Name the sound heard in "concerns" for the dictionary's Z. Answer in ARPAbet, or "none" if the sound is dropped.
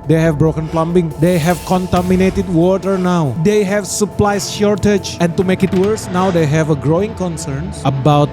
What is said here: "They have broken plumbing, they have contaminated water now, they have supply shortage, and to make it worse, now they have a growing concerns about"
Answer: none